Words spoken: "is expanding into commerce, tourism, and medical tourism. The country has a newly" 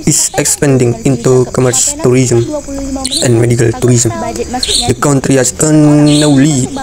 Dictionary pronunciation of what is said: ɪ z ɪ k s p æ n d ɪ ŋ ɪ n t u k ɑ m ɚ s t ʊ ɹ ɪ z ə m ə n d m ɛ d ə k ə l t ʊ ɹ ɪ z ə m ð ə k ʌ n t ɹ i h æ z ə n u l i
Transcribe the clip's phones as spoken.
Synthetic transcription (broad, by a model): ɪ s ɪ k s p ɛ n d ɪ ŋ ɪ n t u k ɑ m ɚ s t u ɹ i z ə m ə n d m ɛ d ə k ə l t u ɹ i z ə m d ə k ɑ n t ɹ i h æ s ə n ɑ l i